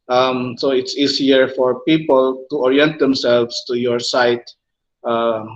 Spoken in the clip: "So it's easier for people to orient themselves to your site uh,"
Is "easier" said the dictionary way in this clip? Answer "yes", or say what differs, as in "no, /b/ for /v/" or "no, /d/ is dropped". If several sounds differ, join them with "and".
no, /s/ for /z/